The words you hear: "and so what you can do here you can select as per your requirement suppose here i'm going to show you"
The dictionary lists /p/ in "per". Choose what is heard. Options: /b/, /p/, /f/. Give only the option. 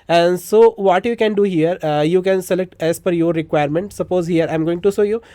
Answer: /f/